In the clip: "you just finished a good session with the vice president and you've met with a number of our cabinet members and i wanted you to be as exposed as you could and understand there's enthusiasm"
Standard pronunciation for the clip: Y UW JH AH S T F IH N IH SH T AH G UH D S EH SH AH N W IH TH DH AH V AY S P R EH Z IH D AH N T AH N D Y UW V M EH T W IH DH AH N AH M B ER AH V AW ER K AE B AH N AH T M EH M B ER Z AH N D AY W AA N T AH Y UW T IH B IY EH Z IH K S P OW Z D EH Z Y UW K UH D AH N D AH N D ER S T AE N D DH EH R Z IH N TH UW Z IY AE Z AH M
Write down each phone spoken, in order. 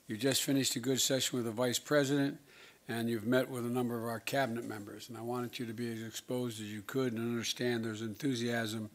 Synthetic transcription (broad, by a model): Y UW JH AH S T F IH N IH SH T AH G UH D S EH SH AH N W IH DH AH V AY S P R EH Z IH D AH N T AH N Y UW V M EH T W IH DH AH N AH M B ER AH V AW ER K AE B AH N AH T M EH M B ER Z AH N AY W AA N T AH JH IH T IH B IY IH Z IH K S P OW Z D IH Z Y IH K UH D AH N AH N D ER S T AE N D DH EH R Z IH N TH UW Z IY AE Z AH M